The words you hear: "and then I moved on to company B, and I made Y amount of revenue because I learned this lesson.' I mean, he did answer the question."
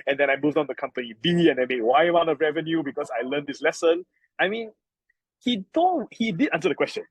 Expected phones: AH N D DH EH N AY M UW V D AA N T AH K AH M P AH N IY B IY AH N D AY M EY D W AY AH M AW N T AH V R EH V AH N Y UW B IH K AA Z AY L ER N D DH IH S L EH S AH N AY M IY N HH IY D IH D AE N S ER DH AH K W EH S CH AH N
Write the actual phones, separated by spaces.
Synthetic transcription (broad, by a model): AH N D EH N AY M UW V D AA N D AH K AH M P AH N IY B IY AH N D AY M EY W AY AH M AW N AH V R EH V AH N Y UW B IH K AA S AY L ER N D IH S L EH S AH N AY M IY N HH IY D IH D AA N S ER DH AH K W EH S CH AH N